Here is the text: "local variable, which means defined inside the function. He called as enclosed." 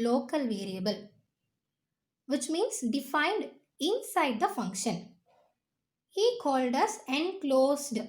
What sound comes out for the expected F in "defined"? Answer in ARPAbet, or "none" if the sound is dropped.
F